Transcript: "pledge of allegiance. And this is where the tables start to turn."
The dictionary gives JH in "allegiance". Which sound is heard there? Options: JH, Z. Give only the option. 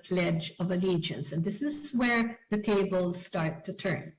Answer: JH